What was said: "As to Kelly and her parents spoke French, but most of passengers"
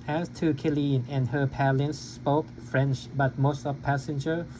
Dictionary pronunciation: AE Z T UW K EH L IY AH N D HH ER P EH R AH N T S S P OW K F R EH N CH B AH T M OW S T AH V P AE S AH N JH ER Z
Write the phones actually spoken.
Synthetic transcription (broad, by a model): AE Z T UW K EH L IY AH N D HH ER P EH L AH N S S P OW K F R EH N CH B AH T M OW S T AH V P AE S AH N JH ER